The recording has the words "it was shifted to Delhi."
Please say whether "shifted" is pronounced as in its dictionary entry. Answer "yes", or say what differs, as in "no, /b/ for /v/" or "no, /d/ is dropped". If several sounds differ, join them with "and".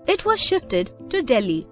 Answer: yes